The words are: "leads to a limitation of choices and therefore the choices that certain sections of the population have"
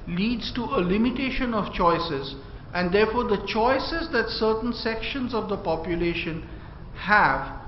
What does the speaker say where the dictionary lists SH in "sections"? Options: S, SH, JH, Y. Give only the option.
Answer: SH